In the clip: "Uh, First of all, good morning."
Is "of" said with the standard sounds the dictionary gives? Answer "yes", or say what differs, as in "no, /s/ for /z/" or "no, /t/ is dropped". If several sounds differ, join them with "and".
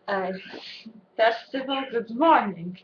yes